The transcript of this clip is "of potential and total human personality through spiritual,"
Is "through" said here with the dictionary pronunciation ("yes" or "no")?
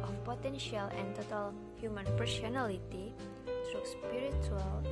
no